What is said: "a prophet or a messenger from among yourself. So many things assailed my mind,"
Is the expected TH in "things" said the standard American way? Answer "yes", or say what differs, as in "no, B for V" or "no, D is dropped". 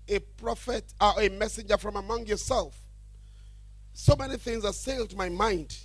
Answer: yes